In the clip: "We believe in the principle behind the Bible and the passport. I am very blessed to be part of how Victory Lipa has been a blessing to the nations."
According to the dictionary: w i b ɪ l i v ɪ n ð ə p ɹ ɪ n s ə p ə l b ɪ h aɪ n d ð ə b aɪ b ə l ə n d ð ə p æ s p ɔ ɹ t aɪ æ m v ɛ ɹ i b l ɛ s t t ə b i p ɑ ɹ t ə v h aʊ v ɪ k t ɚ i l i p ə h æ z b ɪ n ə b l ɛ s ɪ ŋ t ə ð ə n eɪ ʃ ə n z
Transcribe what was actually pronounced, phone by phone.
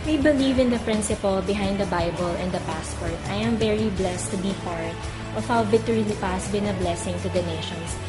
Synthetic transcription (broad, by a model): w i b ɪ l i v ɪ n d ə p ɹ ɪ n s ə p ə l b ɪ h aɪ n d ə b aɪ b ə l ə n d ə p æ s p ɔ ɹ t aɪ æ m v ɛ ɹ i b l ɛ s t t ə b i p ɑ ɹ t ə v h aʊ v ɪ t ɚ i l i p ə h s b ɪ n ə b l ɛ s ɪ ŋ t ə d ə n eɪ ʃ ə n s